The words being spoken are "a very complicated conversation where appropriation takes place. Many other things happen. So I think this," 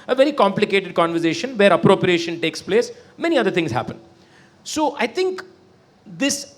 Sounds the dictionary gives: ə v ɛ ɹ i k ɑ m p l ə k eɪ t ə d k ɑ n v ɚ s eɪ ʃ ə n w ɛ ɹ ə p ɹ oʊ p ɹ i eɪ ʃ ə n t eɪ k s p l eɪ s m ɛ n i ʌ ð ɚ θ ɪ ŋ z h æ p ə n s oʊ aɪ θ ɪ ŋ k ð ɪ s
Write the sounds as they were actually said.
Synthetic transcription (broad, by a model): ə v ɛ ɹ i k ɑ m p l ə k eɪ t ə d k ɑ n v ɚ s eɪ ʃ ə n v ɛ ɹ ə p ɹ oʊ p ɹ i eɪ ʃ ə n t eɪ k s p l eɪ s m ɛ n i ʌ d ɚ t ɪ ŋ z h æ p ə n s oʊ aɪ t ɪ ŋ k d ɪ s